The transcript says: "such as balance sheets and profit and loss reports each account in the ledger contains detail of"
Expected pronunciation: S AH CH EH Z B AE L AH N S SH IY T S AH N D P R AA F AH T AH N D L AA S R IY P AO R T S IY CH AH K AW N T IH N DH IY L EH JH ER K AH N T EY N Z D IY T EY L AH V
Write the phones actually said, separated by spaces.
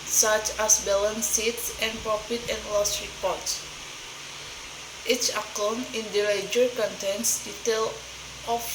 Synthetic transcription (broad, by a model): S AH CH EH S B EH L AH N S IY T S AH N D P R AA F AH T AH N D L AA S R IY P AO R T S IY CH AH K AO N IH N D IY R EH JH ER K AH N T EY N S D IY T EY L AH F